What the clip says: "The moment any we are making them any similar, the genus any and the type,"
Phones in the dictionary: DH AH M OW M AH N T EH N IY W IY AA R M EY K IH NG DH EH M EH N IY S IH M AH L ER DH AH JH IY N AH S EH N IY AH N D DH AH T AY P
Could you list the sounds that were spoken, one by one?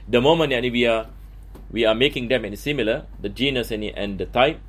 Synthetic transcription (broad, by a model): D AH M OW M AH N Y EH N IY W IY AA W M EY K IH NG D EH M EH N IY S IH M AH L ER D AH JH IY N AH S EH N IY AH N D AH T AY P